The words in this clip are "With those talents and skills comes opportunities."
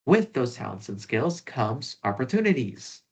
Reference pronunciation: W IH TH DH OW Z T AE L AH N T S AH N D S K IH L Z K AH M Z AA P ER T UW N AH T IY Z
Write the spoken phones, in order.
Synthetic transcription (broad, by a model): W IH DH OW Z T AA AH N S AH N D S K IH L Z K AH M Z AA P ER T UW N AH T IY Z